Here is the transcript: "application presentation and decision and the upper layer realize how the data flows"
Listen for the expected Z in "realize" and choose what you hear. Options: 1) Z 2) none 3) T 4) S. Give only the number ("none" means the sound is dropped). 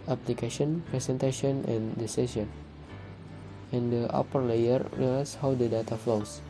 4